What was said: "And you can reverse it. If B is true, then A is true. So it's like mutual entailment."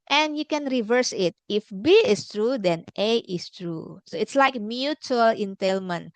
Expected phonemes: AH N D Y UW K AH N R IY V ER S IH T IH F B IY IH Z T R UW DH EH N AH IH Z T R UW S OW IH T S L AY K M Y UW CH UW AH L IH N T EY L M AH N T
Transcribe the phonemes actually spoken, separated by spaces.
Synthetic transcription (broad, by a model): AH N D Y UW K AH N R IY V ER S IH T IH F B IY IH S T R UW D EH N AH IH S T R UW S OW IH T S L AY K M Y UW CH UW AH L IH N T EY L M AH N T